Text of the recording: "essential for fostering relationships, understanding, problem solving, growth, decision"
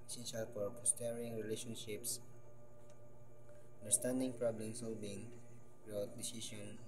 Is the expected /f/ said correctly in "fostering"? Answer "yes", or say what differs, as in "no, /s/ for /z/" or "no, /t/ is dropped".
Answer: no, /p/ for /f/